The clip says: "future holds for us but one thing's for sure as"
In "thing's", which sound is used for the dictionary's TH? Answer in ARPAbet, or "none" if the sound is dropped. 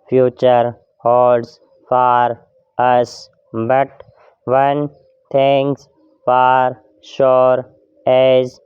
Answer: T